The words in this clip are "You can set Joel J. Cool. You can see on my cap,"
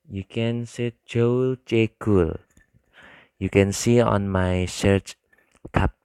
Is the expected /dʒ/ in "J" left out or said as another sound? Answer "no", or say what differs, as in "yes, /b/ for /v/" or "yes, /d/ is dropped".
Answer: yes, /tʃ/ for /dʒ/